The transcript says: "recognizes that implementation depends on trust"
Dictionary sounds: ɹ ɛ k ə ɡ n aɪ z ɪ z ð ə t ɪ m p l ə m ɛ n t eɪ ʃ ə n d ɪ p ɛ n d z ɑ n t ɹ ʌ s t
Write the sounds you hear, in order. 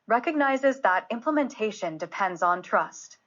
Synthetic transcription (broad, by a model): ɹ ɛ k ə ɡ n aɪ z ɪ z ð ə t ɪ m p l ə m ɛ n t eɪ ʃ ə n d ɪ p ɛ n d z n t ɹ ʌ s t